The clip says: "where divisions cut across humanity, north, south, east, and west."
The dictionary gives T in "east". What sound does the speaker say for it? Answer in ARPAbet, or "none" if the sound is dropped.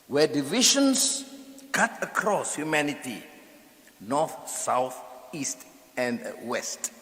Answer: T